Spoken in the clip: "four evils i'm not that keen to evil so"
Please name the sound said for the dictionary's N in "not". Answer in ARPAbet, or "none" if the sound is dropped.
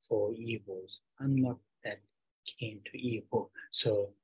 L